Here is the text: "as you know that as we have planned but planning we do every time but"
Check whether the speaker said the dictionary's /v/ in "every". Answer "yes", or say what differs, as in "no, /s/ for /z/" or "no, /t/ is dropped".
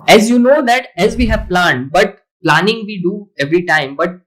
yes